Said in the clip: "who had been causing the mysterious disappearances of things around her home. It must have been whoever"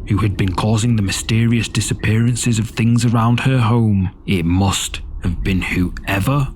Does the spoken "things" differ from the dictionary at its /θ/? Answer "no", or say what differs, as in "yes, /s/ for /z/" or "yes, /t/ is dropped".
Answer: no